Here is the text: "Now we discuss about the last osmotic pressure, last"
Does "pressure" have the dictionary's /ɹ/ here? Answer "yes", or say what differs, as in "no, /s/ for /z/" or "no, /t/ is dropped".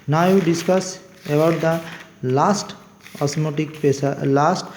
no, /ɹ/ is dropped